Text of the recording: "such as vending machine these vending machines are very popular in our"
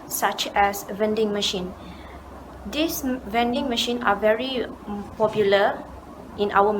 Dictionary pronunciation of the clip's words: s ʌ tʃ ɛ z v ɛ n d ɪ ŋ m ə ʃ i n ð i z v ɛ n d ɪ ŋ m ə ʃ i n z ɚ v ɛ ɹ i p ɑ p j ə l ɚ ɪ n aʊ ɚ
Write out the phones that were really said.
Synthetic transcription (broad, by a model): s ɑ tʃ ɛ s v ɛ n d ɪ ŋ m ə ʃ i n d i s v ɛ n d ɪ ŋ m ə ʃ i n ɑ v ɛ ɹ i p ɑ p j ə l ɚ ɪ n aʊ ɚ